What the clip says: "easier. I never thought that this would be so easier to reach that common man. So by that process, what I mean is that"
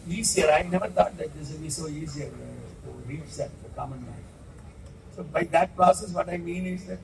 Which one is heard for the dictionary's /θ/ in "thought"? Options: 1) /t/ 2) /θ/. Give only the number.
1